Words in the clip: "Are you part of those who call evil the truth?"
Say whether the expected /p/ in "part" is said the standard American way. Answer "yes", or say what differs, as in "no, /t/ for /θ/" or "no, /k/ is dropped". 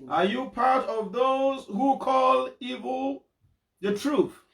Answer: yes